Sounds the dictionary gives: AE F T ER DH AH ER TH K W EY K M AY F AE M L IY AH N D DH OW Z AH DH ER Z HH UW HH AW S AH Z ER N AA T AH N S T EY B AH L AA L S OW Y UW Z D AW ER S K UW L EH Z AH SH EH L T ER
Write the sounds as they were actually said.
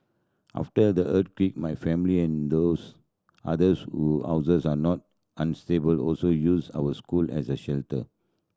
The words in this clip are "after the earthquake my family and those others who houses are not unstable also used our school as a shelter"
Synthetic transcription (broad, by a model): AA F T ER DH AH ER T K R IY K M AY F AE M L IY AH N D OW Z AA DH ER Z HH UW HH AW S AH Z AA N AA T AH N S T EY B AH L AA L S OW Y UW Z AW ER S K UW L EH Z AH SH EH L T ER